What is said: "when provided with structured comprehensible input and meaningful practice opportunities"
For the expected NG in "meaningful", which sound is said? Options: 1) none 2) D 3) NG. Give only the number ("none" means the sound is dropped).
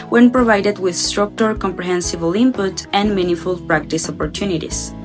1